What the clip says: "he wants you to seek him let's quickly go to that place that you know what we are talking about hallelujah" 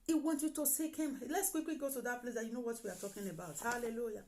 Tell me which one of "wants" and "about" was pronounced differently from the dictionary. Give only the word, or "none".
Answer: wants